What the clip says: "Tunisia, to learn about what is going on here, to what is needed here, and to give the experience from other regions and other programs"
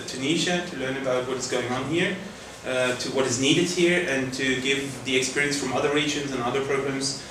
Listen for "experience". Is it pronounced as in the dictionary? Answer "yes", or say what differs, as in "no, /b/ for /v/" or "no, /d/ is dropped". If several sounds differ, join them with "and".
yes